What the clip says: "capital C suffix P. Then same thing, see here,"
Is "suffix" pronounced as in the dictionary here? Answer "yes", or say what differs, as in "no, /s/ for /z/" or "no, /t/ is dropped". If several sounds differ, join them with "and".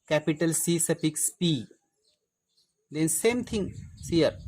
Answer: no, /p/ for /f/